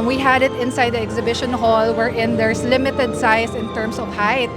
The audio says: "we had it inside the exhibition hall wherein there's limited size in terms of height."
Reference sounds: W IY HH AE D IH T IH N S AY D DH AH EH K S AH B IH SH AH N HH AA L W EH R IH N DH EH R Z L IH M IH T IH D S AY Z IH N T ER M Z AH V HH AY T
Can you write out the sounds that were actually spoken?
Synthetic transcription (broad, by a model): W IY HH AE D IH T IH N S AY D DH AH EH K S AH B IH SH AH N HH AA L W EH R IH N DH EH R S L IH M IH T IH D S AY S IH N T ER M S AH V HH AY T